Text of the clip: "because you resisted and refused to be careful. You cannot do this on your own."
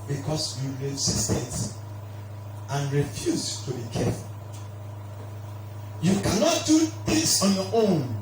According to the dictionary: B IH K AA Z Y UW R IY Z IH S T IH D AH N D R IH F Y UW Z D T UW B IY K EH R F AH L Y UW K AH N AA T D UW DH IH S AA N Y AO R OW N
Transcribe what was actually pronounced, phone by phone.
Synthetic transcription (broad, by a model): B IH K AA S Y UW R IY S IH S T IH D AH N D R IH F Y UW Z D T UW B IY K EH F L Y UW K AH N AA T D UW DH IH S AA N Y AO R OW N